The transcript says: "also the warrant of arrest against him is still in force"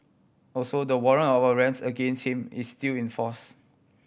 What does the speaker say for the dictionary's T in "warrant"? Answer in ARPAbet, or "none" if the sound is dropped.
none